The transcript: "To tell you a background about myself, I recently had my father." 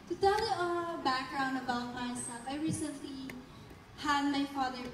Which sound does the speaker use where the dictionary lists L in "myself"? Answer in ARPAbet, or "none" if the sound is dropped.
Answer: none